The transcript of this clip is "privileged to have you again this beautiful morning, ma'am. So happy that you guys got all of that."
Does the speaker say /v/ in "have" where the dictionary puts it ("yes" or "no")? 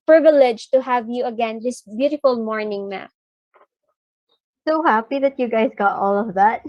yes